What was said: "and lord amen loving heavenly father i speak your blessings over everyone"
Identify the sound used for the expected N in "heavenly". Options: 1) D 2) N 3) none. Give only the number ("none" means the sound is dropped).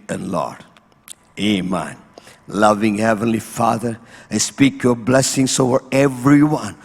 2